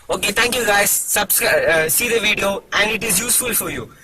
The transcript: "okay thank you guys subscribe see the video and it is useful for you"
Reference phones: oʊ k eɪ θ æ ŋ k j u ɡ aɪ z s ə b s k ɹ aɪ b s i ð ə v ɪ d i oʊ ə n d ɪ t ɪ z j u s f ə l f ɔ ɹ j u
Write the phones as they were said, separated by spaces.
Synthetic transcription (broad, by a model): oʊ k eɪ t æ ŋ k j u ɡ aɪ z s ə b s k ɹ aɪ s i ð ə v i d i oʊ ə n d ɪ t ɪ z j u s f ə l f ɔ ɹ j u